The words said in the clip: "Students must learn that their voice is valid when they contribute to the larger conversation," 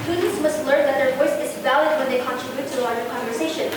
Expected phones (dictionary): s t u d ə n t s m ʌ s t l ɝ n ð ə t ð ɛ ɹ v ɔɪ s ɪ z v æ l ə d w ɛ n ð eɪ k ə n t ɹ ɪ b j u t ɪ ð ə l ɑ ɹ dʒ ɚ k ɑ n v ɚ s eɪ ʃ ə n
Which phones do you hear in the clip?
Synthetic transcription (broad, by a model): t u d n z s m ʌ s t l ɝ n ð ə t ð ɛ ɹ v ɔɪ s ɪ z v æ l ə d w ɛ n ð eɪ k ə n t ɹ ɪ b j u t ɪ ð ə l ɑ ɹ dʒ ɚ k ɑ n v ɚ s eɪ ʃ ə n